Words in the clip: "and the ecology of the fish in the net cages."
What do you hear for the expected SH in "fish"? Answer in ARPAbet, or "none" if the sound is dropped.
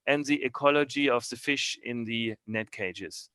SH